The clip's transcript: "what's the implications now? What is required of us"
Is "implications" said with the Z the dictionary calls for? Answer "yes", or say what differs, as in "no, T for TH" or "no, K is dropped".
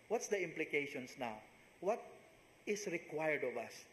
no, S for Z